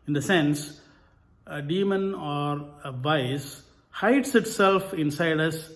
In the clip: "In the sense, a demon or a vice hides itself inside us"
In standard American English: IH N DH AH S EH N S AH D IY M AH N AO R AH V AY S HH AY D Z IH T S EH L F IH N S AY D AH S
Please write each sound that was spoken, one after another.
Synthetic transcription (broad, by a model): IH N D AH S EH N S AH D IY M AH N AO R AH V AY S HH AY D S IH T S EH L F IH N S AY D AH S